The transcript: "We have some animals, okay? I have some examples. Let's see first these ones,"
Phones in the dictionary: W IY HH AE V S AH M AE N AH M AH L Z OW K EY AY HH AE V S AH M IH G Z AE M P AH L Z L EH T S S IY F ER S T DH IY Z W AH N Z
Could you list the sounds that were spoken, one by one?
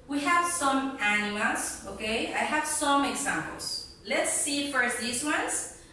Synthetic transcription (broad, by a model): W IY HH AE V S AH M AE N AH AH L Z OW K EY AY HH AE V S AH M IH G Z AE M P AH L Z L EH T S S IY F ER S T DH IY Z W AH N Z